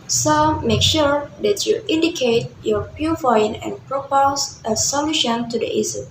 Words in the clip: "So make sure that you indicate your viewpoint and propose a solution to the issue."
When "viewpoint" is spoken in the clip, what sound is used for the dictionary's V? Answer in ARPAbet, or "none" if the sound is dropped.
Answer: P